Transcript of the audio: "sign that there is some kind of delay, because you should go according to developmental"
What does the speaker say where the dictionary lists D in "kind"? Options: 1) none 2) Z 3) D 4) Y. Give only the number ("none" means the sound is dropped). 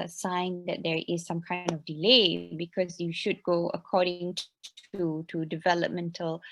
3